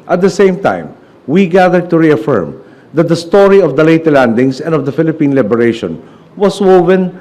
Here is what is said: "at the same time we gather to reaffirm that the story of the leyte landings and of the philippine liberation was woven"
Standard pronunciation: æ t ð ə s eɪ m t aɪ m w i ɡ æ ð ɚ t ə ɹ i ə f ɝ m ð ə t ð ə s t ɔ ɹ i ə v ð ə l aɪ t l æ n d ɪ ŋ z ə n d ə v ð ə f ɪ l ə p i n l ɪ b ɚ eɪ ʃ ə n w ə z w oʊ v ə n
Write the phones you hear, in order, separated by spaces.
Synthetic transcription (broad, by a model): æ t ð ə s eɪ m t aɪ m w i ɡ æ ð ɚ t ə ɹ i ə f ɝ m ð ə t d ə s t ɔ ɹ i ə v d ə l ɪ t l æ n d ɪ ŋ s ə n d ə v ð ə f ɪ l ə p i n l ɪ b ɚ eɪ ʃ ə n w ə s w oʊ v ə n